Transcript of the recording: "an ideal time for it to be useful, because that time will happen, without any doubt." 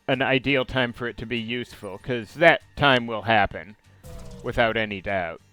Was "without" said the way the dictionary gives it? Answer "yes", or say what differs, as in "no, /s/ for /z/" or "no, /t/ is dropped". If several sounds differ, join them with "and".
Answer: yes